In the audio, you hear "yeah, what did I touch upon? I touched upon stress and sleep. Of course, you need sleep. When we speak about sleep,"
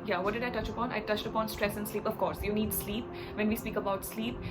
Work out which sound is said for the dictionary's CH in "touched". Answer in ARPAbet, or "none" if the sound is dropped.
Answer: CH